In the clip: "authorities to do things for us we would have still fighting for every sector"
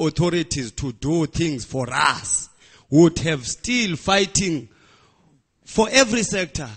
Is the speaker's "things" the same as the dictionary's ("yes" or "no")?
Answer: no